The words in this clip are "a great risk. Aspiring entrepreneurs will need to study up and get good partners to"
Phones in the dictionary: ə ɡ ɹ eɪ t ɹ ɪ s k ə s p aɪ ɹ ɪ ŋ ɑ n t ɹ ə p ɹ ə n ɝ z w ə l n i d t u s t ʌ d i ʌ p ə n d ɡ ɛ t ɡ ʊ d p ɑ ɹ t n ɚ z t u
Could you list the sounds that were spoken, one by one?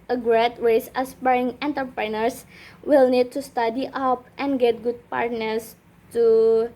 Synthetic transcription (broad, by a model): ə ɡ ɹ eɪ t w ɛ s ə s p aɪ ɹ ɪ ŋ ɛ n t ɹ p ɹ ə n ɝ s w ə l n i d t u s t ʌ d i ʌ p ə n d ɡ ɛ t ɡ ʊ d p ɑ ɹ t n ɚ s t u